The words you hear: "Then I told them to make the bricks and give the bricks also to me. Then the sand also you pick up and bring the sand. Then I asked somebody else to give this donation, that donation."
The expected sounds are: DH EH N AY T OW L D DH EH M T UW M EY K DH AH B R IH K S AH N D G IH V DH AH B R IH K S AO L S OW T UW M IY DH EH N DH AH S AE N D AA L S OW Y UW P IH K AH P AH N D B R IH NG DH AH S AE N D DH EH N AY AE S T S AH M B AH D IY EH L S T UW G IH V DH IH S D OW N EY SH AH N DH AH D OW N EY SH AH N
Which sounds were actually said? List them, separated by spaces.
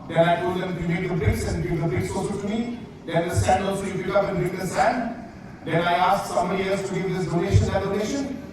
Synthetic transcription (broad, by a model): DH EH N AY T OW L D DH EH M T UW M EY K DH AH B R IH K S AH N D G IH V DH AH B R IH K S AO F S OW T UW M IY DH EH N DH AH S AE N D AA L S OW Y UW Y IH AH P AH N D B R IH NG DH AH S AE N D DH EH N AY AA S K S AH M AH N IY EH S T UW G IH V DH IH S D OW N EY SH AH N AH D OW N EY SH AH N